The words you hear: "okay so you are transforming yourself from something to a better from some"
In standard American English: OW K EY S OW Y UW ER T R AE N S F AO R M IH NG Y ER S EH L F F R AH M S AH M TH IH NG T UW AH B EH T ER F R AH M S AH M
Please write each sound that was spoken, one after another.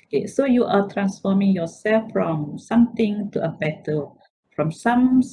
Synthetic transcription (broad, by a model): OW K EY S OW Y UW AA T R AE N S F AO M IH NG Y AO S EH L F F R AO M S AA M T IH NG T UW AH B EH T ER F R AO M S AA M